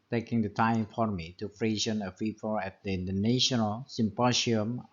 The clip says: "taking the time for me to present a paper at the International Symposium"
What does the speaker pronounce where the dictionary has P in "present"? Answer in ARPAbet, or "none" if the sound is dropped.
F